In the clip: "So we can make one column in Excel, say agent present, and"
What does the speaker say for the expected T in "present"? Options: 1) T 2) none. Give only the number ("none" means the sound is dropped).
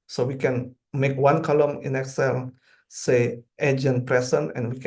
2